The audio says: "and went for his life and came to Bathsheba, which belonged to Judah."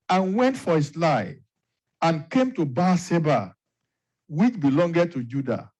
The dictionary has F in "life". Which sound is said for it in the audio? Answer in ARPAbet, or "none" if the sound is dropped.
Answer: none